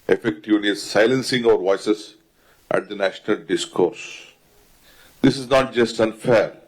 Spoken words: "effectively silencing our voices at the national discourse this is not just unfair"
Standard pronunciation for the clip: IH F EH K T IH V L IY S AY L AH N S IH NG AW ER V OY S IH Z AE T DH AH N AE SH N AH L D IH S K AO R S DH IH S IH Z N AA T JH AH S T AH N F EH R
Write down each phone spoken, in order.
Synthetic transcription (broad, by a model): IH F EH K T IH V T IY S AY L AH N S IH NG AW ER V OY S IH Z AE T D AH N AE SH N AH L D IH S K AO R S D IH S IH Z N AA T JH AH S T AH N F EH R